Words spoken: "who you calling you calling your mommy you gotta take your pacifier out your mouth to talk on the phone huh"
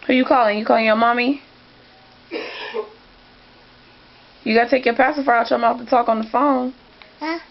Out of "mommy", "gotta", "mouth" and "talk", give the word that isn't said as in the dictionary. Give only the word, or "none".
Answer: mouth